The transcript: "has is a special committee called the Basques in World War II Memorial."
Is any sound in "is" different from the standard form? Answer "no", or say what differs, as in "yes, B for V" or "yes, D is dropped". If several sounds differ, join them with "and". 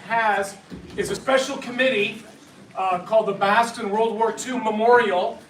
no